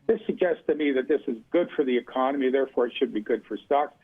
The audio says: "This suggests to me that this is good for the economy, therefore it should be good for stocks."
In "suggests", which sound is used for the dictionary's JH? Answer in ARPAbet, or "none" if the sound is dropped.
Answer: JH